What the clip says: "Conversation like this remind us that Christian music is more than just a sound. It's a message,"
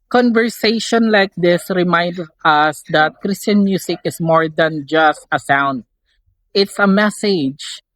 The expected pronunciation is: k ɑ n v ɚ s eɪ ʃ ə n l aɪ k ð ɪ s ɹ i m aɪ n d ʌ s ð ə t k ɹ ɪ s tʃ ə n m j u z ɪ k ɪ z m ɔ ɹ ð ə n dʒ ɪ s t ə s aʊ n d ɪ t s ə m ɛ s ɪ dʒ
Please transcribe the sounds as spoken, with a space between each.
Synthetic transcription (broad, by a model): k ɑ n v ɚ s eɪ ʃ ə n l aɪ k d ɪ s ɹ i m aɪ n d ʌ s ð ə t k ɹ ɪ s tʃ ə n m j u s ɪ k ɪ s m ɔ ɹ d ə n dʒ ɪ s t ə s aʊ n d ɪ t s ə m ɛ s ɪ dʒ